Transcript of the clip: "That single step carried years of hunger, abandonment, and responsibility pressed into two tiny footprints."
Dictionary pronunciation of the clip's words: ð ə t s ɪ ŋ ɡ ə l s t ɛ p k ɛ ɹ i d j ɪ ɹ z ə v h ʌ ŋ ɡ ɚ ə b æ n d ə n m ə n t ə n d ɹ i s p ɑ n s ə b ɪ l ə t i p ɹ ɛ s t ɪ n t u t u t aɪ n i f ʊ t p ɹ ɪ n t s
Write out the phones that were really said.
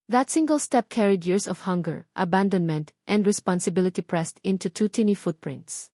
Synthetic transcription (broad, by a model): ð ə t s ɪ ŋ ɡ ə l s t ɛ p k ɛ ɹ i d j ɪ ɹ s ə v h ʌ ŋ ɡ ɚ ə b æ n d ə n m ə n t ə n d ɹ i s p ɑ n s ə b ɪ l ə t i p ɹ ɛ s t ɪ n t u t u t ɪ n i f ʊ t p ɹ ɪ n t s